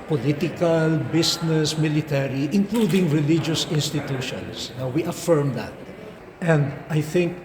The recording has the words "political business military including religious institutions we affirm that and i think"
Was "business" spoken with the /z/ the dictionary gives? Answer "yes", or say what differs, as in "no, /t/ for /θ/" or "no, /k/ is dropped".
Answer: no, /s/ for /z/